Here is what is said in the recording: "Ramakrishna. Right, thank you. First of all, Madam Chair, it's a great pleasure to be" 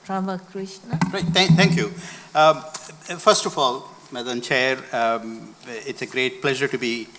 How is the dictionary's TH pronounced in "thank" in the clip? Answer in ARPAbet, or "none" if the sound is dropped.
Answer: T